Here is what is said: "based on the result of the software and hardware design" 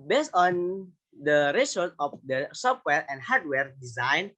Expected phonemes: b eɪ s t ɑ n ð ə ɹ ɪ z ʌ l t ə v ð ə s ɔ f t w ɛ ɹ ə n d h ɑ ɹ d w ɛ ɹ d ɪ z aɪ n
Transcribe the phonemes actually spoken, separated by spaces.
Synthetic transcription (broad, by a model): b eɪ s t ɑ n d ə ɹ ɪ s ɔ t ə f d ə s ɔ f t w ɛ ɹ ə n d h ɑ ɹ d w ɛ ɹ d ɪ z aɪ n